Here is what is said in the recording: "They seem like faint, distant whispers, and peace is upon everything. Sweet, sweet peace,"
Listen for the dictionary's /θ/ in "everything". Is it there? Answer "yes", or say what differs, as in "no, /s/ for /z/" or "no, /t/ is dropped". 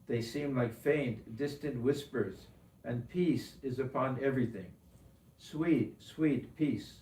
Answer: yes